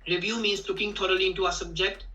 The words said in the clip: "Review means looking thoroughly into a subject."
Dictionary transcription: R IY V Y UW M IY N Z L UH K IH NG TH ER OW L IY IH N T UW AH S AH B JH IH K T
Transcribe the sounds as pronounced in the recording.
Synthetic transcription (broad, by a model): R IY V Y UW M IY N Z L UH K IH NG T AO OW L IY IH N T UW AH S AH B JH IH K T